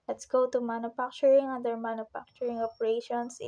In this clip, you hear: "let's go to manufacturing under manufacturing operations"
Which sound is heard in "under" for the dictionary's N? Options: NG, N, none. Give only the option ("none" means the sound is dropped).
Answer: none